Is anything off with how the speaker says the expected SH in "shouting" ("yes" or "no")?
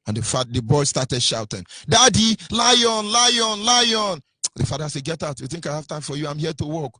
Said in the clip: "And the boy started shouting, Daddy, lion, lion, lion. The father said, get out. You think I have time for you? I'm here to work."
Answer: no